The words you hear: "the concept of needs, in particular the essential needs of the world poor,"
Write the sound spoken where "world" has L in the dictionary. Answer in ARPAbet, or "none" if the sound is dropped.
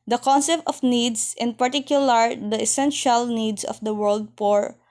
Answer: L